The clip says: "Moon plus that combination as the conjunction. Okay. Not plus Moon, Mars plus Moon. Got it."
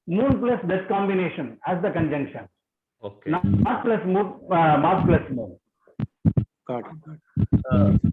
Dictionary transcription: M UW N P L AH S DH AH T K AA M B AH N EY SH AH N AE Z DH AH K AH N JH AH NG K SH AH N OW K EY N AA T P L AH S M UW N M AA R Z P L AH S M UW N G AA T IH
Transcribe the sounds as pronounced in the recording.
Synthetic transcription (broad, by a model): M UW N P L AH S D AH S K AA M B AH N EY SH AH N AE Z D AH K AH N JH AH NG K SH AH N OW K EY N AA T P L AH S M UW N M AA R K P L AH S M UW N